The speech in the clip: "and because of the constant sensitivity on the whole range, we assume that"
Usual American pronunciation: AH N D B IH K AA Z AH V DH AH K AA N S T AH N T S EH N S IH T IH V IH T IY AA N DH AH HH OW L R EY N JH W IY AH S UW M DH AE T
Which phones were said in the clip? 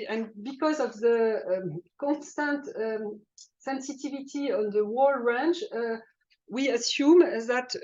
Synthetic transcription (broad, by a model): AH N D B IH K AA Z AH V DH AH K AA N S T AH N T S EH N S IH T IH V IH T IY AA N DH AH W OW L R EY N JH W IY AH S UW M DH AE T